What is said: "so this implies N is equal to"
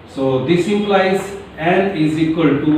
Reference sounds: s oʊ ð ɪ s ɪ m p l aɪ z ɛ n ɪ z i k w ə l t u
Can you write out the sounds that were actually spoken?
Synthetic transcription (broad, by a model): s oʊ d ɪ s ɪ p l aɪ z ɛ n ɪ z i k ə l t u